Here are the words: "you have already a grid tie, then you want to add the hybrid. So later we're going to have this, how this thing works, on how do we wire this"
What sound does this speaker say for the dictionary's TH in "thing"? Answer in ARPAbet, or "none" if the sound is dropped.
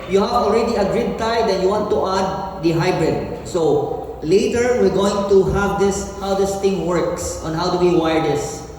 T